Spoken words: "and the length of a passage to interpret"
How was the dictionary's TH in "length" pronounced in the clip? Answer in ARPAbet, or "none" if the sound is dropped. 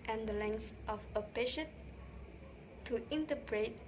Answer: S